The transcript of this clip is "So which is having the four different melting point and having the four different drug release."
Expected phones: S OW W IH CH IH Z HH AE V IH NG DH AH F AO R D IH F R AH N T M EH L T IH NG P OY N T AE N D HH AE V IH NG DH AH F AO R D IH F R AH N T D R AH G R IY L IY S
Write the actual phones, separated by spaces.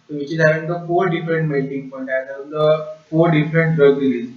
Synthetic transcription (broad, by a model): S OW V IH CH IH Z HH AE V IH NG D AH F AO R D IH F R AH N T M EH T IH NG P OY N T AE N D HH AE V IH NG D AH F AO R D IH F R AH N T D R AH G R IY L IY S